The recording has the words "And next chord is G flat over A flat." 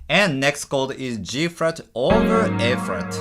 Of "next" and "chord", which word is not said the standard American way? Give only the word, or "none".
chord